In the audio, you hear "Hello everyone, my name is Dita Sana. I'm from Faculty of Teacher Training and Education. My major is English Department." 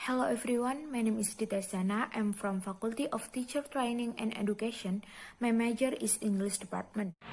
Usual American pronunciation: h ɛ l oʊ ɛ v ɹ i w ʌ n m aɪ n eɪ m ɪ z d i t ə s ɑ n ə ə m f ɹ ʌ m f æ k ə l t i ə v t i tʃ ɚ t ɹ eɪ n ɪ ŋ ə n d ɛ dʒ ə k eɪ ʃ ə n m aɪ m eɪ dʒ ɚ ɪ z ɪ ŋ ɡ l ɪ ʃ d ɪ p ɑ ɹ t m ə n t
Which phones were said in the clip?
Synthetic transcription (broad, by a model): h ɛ l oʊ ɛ f ɹ i w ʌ n m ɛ n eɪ m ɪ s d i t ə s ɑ n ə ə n f ɹ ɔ m f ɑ k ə l t i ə f t i tʃ ɚ t ɹ eɪ n ɪ ŋ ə n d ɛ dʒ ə k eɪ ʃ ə n m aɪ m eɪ dʒ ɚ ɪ s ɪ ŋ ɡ l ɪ s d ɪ p ɑ ɹ t m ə n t